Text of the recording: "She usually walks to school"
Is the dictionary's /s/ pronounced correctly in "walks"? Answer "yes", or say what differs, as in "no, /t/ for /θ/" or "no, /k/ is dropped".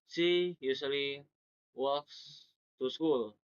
yes